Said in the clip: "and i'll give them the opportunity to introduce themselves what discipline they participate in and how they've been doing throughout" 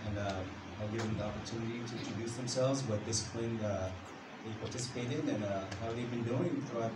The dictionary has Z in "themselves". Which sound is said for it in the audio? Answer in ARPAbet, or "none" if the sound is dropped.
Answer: Z